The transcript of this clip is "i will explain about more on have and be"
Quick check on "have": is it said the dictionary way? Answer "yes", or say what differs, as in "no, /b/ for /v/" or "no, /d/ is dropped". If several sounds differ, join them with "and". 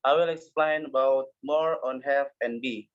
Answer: no, /f/ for /v/